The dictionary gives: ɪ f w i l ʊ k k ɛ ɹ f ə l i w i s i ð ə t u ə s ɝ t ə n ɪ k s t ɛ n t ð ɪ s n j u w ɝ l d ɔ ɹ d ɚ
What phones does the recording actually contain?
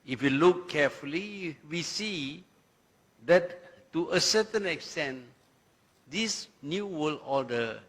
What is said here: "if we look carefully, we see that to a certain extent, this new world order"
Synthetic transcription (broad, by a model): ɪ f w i l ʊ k k ɛ f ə l i w i s i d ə t u ə s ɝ t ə n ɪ k s t ɛ n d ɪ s n j u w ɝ l ɔ d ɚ